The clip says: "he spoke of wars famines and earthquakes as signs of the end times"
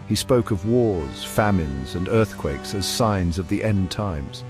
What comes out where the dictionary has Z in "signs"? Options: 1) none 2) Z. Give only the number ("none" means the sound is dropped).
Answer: 2